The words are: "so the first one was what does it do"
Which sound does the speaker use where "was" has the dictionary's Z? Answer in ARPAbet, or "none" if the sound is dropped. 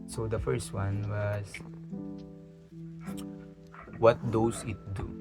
S